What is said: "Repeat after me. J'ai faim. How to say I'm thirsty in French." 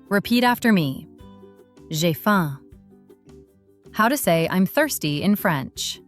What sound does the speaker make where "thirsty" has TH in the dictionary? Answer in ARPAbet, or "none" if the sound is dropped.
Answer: TH